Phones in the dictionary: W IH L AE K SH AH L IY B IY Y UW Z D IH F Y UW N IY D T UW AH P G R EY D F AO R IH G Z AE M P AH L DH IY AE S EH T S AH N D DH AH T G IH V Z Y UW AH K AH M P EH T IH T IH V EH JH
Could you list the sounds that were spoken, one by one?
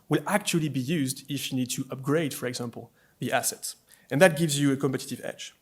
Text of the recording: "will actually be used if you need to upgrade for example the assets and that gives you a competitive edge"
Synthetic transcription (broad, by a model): W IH L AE K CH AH L IY B IY Y UW Z D IH F Y UW N IY D T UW AH P G R EY D F AO R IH G Z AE M P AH L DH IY AE S EH T S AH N DH AH T G IH V Z Y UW AH K AH M P EH T IH T IH V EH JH